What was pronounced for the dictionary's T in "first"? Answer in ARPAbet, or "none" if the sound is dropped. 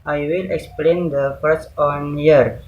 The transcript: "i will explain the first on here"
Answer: none